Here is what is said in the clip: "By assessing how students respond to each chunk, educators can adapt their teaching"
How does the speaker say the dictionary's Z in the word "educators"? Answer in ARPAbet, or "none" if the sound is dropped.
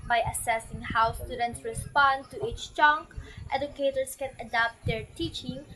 S